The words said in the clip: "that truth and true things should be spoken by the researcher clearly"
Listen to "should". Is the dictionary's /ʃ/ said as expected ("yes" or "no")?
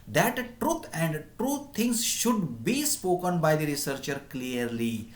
yes